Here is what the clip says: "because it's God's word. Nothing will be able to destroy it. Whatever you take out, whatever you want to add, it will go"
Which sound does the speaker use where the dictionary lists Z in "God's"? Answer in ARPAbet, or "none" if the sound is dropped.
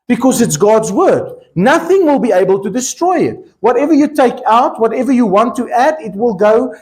Z